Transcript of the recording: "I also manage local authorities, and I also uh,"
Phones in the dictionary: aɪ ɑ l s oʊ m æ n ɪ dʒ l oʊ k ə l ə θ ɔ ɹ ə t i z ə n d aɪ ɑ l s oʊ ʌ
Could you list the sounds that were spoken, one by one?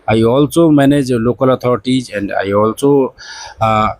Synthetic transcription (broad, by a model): aɪ ɑ l s oʊ m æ n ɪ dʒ l oʊ k ə l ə t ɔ ɹ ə t i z ə n d aɪ ɑ l s oʊ